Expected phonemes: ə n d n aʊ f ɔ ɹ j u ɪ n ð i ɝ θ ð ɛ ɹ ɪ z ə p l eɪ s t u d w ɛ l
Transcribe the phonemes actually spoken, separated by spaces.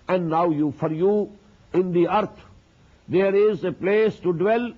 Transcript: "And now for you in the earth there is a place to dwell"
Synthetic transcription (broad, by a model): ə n d n aʊ f ɔ ɹ j u ɪ n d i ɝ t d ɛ ɹ ɪ z ə p l eɪ s t u d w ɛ l